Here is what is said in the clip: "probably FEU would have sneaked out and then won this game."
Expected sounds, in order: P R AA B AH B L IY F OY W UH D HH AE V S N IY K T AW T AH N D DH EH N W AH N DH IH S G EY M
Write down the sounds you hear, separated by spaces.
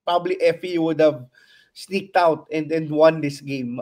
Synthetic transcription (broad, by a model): P R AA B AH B L IY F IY W UH D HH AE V S N IY K T AW T AH N D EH N W AH N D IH S G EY M